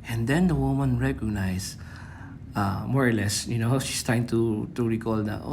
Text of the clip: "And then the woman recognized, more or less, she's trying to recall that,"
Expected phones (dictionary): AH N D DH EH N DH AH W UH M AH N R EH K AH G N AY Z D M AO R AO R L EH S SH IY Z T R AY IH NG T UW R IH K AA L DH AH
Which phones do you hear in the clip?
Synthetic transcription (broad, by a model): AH N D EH N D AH W UH M AH N R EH K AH G N AY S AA M AO R AO R L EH S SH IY S T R AY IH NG T UW R IH K AA L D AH